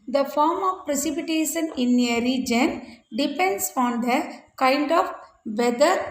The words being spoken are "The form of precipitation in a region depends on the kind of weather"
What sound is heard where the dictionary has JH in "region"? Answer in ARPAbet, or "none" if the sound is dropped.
JH